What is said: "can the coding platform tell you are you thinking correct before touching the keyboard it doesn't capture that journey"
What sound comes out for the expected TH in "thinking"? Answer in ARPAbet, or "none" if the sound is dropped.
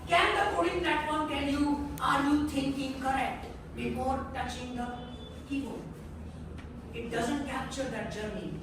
T